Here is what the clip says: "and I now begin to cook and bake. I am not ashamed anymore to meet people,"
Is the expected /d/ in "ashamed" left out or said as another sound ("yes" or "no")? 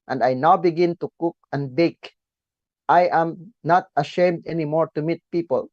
no